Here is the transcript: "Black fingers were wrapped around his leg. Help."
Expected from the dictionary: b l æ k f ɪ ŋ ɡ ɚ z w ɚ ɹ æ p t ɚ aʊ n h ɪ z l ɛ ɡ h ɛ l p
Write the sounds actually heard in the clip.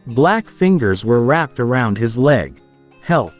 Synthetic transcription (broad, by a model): b l æ k f ɪ ŋ ɡ ɚ z w ɚ ɹ æ p t ɚ aʊ n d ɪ z l ɛ ɡ h ɛ l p